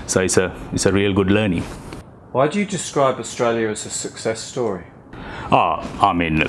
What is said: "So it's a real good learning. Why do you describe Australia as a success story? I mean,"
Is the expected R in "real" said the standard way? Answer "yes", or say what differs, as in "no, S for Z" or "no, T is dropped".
yes